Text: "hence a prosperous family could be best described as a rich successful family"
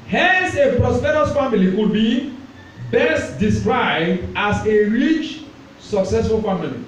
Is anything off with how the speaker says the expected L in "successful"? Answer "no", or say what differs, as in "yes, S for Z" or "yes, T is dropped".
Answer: no